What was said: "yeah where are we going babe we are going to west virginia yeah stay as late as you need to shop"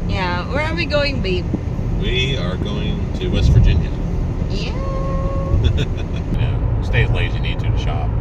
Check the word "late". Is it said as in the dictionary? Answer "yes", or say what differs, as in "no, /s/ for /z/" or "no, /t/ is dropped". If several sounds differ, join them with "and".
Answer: no, /t/ is dropped